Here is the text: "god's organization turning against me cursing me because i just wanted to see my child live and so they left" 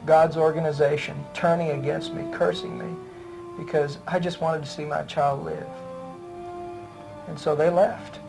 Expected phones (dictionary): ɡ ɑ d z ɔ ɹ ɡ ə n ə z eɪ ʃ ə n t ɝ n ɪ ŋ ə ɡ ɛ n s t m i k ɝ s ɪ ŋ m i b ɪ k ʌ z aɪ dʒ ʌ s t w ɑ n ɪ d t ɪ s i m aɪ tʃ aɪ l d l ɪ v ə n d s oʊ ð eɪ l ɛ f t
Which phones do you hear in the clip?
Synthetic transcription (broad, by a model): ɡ ɑ d z ɔ ɹ ɡ ə n ə z eɪ ʃ ə n t ɝ n ɪ ŋ ə ɡ ɛ n s t m i k ɝ s ɪ ŋ m i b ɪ k ʌ z aɪ dʒ ʌ s t w ɑ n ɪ d t ɪ s i m aɪ tʃ aɪ l d l ɪ v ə n s oʊ ð eɪ l ɛ f t